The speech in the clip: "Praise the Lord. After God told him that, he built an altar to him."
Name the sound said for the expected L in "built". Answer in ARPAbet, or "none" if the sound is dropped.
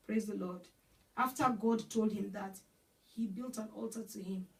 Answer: L